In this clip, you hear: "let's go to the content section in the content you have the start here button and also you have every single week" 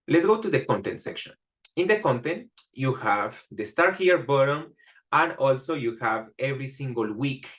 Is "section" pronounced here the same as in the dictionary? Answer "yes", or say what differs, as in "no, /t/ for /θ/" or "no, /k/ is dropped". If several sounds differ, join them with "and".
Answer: yes